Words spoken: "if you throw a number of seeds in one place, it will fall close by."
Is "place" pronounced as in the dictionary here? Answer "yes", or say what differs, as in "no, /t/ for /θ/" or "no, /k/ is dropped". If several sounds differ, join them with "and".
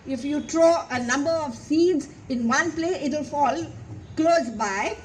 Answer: no, /s/ is dropped